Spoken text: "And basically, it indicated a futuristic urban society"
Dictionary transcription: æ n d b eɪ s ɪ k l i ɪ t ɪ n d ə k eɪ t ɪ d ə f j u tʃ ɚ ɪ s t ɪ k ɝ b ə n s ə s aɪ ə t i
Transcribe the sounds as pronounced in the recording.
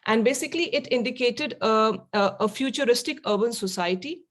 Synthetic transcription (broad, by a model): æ n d b eɪ s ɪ k l i ɪ t ɪ n d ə k eɪ t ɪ d ə f j u tʃ ɚ ɪ s t ɪ k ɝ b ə n s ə s aɪ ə t i